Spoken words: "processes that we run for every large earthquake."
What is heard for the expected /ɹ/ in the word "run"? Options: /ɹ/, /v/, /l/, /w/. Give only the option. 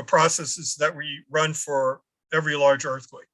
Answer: /ɹ/